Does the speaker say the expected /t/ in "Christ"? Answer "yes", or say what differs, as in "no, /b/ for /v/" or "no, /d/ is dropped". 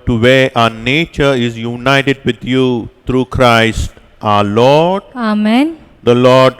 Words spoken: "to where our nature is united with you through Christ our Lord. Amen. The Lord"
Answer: yes